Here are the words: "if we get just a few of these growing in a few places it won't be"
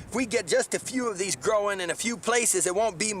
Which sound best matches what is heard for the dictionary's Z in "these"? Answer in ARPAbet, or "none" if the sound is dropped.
Z